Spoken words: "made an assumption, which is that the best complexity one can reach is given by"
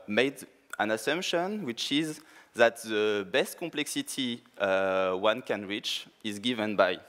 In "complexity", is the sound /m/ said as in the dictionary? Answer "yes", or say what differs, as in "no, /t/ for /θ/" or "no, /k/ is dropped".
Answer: yes